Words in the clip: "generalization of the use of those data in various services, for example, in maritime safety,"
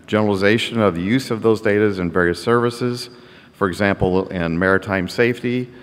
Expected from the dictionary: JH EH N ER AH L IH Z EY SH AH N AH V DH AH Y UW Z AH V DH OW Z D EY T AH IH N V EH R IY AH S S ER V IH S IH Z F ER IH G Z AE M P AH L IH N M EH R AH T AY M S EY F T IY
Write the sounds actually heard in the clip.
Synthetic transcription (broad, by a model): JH EH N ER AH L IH Z EY SH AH N AH V DH AH Y UW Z AH V DH OW Z D EY T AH IH N V EH R IY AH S S ER V IH S IH Z F ER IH G Z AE M P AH L IH N M EH R AH T AY M S EY F T IY